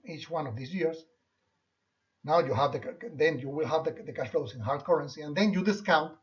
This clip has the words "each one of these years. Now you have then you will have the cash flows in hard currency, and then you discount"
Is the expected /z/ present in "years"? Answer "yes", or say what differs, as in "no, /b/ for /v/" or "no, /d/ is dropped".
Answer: no, /s/ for /z/